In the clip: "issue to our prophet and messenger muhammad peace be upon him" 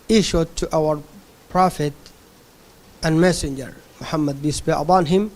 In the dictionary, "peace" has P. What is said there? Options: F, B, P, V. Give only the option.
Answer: B